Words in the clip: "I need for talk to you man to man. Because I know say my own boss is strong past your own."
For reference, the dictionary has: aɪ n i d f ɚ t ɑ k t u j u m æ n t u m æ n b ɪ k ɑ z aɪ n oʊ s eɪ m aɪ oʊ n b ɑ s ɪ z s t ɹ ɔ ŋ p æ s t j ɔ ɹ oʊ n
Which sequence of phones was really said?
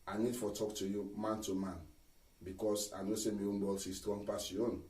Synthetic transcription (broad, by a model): aɪ n i d f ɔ t ɑ k t u j u m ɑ n t u m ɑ n b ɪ k ɑ s aɪ n oʊ s eɪ m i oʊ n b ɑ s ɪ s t w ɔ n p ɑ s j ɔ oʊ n